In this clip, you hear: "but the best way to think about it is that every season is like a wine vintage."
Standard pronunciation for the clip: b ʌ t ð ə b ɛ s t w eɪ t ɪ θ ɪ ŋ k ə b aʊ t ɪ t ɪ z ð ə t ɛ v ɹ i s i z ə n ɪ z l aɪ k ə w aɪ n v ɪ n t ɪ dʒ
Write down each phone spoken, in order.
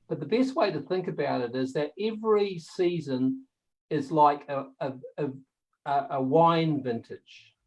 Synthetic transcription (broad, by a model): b ʌ t ð ə b ɛ s t w eɪ t ɪ θ ɪ ŋ k ə b aʊ t ɪ t ɪ z ð ə t ɛ v ɹ i s i z ə n ɪ z l aɪ k ə w aɪ n v ɪ n t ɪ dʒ